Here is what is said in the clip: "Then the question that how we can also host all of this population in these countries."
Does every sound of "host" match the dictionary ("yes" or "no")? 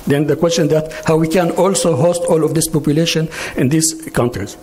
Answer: yes